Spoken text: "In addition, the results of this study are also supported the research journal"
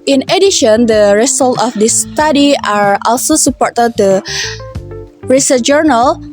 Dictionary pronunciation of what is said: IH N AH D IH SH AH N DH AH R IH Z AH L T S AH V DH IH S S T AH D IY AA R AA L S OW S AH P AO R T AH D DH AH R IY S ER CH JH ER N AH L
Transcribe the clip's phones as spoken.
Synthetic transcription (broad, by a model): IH N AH D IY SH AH N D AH R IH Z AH L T AH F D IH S S T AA D IY AA R AA L S OW S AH P AO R T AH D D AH R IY S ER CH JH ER N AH L